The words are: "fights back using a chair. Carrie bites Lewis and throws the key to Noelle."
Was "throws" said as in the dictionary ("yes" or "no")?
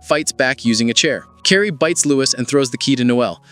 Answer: yes